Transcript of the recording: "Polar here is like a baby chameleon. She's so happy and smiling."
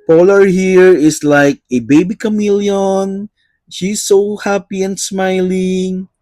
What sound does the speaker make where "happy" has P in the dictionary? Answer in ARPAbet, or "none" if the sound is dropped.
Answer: P